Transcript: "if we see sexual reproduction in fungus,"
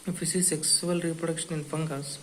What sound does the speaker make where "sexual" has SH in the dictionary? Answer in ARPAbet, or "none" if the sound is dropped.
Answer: S